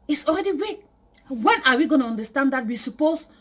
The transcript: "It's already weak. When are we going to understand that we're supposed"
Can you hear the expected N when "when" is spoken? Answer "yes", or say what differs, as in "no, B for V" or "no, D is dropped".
yes